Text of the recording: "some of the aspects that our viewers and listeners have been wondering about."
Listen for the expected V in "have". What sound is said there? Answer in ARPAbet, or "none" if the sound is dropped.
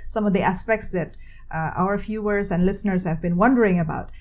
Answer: V